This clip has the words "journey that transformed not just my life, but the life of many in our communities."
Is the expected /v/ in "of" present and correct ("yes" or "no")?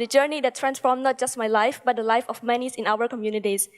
no